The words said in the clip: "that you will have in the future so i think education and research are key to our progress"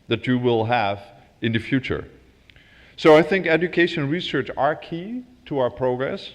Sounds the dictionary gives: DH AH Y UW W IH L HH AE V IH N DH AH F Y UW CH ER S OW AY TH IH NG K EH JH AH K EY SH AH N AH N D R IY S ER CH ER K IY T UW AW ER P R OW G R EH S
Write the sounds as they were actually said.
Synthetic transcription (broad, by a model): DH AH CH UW W IH L HH AE V IH N DH AH F Y UW CH ER S OW AY TH IH NG K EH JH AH K EY AH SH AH N R IY S ER CH ER K IY T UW AW ER P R OW G R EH S